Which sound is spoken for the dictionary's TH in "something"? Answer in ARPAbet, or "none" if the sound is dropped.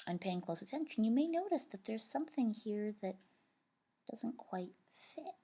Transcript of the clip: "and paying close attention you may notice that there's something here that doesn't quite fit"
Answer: TH